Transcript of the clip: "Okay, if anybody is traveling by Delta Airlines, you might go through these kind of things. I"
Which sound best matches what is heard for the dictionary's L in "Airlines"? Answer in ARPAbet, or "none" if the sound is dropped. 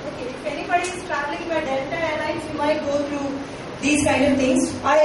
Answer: N